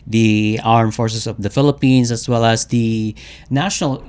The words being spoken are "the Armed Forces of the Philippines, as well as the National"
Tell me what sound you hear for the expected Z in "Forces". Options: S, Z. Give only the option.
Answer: S